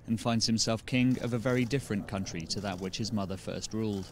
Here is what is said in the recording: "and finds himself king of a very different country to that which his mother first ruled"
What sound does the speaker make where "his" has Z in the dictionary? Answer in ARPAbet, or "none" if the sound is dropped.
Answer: Z